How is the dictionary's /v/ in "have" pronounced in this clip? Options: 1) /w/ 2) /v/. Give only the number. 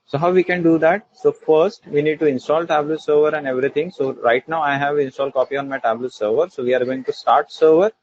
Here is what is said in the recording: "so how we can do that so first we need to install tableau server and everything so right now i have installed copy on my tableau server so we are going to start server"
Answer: 2